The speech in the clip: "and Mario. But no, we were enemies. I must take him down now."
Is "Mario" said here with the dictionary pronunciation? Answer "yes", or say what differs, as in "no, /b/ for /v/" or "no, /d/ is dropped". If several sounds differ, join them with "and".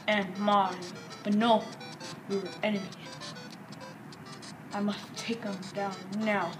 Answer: no, /ɹ/ is dropped